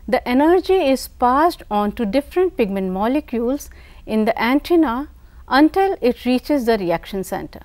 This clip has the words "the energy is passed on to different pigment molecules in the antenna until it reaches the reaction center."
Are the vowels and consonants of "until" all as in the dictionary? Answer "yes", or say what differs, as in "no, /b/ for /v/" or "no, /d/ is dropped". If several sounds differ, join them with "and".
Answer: yes